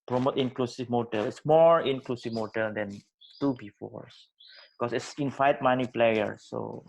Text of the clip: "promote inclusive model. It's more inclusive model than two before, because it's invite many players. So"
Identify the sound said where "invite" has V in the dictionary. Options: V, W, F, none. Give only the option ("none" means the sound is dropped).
F